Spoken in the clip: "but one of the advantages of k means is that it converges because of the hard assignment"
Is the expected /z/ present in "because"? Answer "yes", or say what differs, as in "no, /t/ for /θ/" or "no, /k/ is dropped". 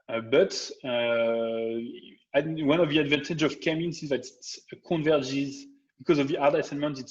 yes